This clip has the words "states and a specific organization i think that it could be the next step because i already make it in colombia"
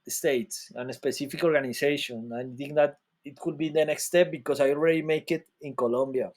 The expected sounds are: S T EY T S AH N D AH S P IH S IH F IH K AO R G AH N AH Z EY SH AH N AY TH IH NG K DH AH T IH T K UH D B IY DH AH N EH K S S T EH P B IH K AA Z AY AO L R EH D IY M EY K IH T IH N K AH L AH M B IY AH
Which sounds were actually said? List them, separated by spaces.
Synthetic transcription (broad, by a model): S T EY T S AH N AH S P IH S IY F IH K AO R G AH N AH S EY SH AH N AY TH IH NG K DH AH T IH T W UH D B IY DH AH N EH K S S T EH P B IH K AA S AY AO L R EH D IY M EY K IH T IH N K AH L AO M B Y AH